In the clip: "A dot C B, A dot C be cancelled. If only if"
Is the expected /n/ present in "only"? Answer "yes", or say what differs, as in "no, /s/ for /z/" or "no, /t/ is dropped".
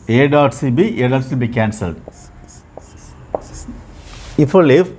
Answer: no, /n/ is dropped